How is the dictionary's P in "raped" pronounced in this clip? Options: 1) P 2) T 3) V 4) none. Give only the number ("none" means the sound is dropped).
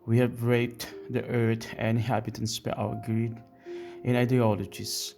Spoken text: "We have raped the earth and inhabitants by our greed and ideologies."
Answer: 4